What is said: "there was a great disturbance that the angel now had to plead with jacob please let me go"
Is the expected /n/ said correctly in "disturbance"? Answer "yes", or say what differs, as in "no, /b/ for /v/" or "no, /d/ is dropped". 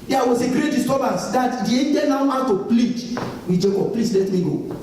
no, /n/ is dropped